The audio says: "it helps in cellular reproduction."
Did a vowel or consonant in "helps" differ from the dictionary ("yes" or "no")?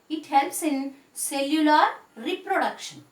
yes